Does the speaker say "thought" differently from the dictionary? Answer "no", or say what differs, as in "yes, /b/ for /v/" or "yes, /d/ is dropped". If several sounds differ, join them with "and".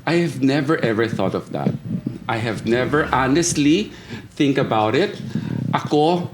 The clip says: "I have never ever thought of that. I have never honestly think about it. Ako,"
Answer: no